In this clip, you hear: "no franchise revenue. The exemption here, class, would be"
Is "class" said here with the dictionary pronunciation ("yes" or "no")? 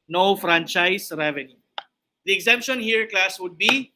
yes